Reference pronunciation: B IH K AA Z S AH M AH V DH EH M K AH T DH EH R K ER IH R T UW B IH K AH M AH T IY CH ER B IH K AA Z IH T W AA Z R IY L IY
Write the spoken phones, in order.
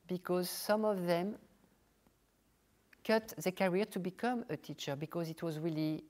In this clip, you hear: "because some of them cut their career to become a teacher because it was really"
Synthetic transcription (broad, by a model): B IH K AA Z S AH M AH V DH EH M K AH T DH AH K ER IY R T UW B IH K AH M AH T IY CH ER B IH K AA Z IH T W AA Z R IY L IY